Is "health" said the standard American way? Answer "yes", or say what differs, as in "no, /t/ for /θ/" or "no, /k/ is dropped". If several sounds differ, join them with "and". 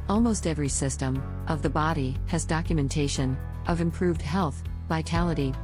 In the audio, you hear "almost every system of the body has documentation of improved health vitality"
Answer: yes